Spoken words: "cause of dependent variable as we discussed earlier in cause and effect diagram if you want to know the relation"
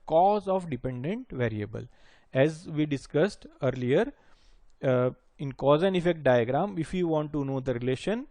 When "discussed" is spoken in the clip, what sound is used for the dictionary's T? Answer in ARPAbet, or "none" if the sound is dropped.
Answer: T